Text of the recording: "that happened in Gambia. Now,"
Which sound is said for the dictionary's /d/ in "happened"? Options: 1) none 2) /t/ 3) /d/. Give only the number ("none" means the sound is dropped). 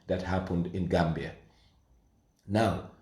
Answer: 3